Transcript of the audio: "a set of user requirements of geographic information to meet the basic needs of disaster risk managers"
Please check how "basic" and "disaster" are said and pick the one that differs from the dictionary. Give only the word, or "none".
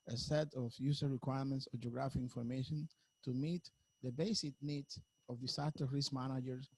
disaster